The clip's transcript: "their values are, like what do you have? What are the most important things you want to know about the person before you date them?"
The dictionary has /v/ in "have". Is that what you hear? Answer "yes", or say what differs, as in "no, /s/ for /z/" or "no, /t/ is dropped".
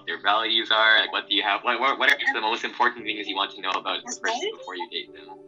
no, /w/ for /v/